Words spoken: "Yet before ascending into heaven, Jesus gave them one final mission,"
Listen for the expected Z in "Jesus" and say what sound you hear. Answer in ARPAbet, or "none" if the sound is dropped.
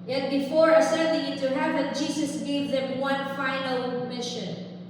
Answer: S